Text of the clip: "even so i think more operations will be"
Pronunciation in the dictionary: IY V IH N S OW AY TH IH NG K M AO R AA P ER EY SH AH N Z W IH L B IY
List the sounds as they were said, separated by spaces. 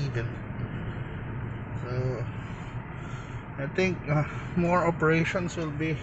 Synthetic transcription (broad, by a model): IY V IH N S OW AY T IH NG K M AO R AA P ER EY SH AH N S W IH L B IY